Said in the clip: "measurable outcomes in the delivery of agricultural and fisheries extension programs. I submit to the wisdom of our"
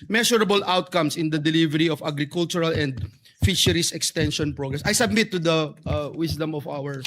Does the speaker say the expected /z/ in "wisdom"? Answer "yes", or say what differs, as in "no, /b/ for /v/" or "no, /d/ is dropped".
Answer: no, /s/ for /z/